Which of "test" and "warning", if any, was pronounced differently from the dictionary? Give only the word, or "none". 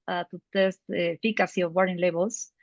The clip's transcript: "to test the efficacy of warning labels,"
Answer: warning